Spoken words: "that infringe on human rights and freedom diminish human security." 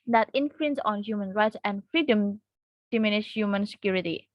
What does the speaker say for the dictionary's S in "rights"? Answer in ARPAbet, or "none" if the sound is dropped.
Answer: S